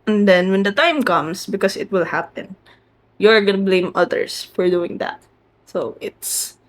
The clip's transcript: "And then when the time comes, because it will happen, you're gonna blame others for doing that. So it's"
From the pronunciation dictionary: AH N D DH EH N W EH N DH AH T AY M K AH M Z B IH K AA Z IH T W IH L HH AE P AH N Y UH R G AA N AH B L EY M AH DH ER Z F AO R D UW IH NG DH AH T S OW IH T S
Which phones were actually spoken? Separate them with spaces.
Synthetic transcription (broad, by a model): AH N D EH N W EH N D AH T AY M K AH M S B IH K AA S IH T W IH L HH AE P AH N Y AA R G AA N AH B L EY M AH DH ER S F AO R D UW IH NG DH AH T S OW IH T S